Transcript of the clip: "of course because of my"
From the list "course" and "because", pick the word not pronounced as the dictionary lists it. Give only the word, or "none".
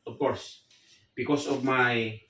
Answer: because